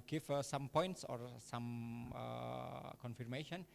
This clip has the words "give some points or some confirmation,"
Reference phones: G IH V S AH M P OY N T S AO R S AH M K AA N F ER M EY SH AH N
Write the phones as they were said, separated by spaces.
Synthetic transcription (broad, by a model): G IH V S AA M P OY N T S AO R S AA M K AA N F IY M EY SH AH N